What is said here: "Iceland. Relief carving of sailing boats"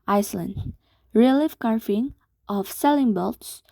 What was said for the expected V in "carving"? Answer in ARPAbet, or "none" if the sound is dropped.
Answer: F